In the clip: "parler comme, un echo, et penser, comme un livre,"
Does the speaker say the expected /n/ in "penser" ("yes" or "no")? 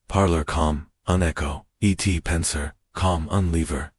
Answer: yes